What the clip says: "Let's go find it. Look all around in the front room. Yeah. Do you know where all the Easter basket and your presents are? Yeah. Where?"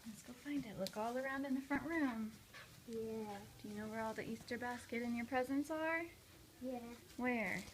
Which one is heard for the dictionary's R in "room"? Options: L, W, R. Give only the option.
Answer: R